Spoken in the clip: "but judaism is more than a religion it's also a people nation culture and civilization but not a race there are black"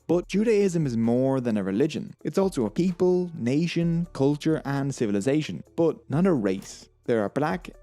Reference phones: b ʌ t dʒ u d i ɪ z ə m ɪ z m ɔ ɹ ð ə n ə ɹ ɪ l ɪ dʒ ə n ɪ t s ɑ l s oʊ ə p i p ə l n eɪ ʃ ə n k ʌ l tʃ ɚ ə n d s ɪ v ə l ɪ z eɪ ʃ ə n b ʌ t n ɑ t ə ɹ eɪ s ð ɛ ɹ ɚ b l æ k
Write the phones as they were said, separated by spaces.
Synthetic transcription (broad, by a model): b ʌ t dʒ u d i ɪ z ə m ɪ z m ɔ ɹ ð ə n ə ɹ ɪ l ɪ dʒ ə n ɪ t s ɑ l s oʊ ə p i p ə l n eɪ ʃ ə n k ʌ l tʃ ɚ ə n s ɪ v ə l ɪ z eɪ ʃ ə n b ʌ t n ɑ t ə ɹ eɪ s ð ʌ ɹ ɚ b l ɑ k